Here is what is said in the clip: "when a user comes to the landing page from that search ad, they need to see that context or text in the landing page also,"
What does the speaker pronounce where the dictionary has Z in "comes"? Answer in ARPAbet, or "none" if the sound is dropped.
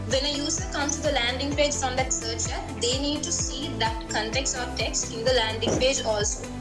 none